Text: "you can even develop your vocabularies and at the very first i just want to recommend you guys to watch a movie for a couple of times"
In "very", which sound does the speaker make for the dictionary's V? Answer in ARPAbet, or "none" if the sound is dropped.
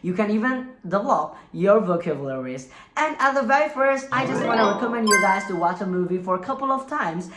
V